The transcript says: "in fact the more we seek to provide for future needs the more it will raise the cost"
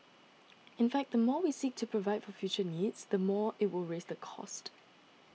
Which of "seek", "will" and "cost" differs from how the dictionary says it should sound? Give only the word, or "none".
none